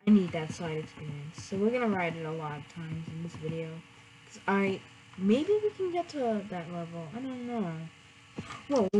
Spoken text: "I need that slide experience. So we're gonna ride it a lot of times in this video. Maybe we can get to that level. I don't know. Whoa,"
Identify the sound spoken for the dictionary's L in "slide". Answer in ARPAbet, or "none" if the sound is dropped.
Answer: L